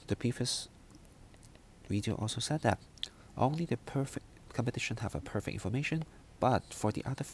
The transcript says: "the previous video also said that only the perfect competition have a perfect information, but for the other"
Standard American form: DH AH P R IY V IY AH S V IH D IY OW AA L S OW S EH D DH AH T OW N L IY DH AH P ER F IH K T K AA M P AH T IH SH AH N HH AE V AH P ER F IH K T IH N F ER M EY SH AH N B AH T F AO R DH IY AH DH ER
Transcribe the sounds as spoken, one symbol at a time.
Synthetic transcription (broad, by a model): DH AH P IY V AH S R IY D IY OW AA L S OW S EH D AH T OW N L IY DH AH P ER F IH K K AA M P AH T IH SH AH N HH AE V AH P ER F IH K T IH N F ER M EY SH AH N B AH T F AO R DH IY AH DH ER